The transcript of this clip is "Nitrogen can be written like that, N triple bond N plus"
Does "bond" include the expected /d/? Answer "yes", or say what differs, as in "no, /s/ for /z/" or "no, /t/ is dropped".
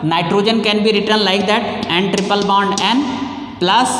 yes